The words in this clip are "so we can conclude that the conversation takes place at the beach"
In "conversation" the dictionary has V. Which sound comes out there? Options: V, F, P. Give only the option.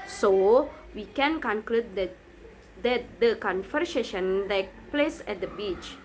F